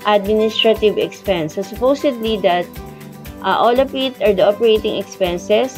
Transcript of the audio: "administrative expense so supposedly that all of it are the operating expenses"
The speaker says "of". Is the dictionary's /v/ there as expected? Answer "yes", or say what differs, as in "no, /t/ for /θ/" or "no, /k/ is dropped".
no, /p/ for /v/